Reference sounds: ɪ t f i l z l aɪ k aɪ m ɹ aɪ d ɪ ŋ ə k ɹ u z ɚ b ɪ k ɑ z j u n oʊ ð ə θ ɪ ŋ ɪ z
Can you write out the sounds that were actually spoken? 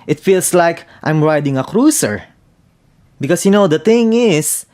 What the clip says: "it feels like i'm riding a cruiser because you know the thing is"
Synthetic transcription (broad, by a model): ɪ t f i l s l aɪ k aɪ m ɹ aɪ d ɪ ŋ ə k ɹ u s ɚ b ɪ k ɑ s j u n oʊ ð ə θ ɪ ŋ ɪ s